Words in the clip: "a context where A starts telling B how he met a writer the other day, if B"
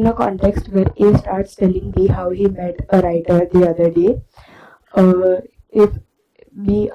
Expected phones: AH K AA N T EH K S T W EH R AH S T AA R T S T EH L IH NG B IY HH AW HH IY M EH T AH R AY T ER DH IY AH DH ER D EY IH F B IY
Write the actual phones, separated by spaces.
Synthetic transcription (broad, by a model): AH K AA N T EH K S T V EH R AH S T AA R T S T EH L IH NG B IY HH AW HH IY M EH T AH R AY T ER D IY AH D ER D EY IH F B IY